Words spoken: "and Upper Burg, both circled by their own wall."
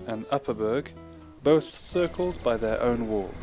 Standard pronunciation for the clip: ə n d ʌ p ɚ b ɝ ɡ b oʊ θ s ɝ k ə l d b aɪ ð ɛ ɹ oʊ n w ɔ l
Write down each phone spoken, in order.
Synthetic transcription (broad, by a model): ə n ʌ p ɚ b ɝ ɡ b oʊ θ s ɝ k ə l d b aɪ ð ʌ ɹ oʊ n w ɔ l